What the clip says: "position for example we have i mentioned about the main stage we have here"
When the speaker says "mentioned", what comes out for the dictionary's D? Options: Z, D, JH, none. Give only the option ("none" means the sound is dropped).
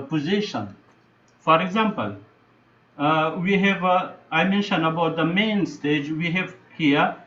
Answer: none